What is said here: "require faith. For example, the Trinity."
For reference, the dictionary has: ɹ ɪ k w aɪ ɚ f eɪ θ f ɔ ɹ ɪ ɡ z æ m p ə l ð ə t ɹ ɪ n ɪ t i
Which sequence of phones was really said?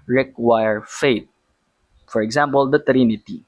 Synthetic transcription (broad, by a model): ɹ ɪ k w aɪ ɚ f eɪ t f ɔ ɹ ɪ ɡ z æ m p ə l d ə t ɹ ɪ n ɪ t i